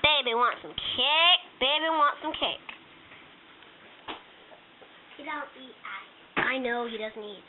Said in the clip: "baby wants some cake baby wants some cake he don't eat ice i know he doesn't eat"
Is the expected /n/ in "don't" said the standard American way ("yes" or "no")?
no